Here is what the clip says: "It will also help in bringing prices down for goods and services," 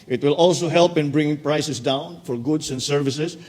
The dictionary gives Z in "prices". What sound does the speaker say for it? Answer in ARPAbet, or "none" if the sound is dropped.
S